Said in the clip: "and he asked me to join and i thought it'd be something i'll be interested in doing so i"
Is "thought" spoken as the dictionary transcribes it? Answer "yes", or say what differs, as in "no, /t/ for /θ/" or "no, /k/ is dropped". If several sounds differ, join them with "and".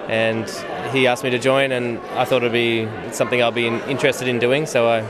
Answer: yes